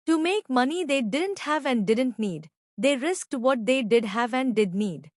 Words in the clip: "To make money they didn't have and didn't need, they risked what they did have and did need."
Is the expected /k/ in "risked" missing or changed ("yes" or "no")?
no